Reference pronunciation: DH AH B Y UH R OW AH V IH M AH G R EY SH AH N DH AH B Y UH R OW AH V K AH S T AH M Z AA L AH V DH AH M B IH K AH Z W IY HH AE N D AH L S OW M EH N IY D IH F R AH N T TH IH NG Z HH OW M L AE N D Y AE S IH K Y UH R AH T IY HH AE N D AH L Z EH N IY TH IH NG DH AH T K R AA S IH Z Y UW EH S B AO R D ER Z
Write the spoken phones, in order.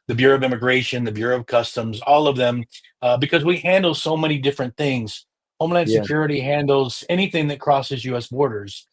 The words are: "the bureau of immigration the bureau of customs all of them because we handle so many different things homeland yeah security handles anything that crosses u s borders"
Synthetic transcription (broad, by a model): DH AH B Y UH R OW AH V IH M AH G R EY SH AH N DH AH B Y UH R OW AH V K AH S T AH M Z AA L AH V DH AH M B IH K AH Z W IY HH AE N D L S OW M EH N IY D IH F R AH N TH IH NG Z HH OW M L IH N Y S IH K Y UH R AH T IY HH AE N D L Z EH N IY TH IH NG DH AH T K R AA S IH Z Y UW EH S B AO R D ER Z